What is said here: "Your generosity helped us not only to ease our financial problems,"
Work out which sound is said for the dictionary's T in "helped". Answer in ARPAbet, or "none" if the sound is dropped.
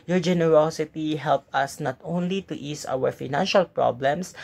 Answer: none